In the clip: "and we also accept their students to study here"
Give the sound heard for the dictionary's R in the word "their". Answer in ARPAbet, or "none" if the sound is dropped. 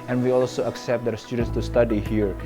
W